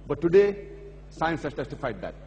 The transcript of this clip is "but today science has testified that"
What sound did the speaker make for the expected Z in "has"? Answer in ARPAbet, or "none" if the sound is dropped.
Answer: S